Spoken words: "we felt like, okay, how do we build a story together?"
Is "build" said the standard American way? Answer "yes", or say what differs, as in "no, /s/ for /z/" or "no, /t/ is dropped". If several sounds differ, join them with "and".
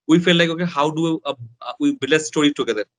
no, /d/ is dropped